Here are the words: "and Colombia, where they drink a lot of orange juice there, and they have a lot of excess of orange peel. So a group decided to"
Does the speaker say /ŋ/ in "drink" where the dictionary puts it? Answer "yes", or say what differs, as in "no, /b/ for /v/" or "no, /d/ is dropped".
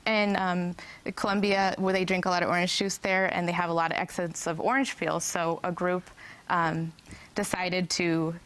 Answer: yes